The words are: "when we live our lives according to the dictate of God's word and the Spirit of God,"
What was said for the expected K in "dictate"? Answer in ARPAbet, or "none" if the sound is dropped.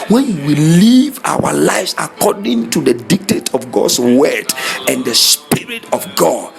K